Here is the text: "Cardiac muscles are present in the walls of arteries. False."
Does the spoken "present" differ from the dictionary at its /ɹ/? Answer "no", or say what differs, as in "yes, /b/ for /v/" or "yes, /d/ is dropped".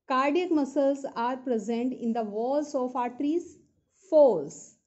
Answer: no